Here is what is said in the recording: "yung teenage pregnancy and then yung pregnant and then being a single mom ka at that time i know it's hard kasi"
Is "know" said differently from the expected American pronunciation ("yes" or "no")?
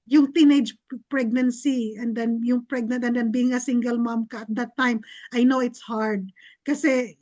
no